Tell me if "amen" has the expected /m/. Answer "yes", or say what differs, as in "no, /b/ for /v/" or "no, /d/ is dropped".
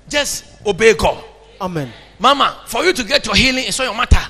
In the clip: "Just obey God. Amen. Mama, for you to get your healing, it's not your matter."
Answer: yes